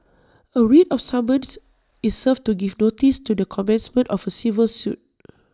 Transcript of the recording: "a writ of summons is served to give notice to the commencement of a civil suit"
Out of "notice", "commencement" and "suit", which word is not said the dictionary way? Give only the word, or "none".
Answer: none